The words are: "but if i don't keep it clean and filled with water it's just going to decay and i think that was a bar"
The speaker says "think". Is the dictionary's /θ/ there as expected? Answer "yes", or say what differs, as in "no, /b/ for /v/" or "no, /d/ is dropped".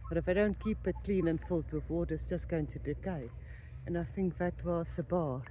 yes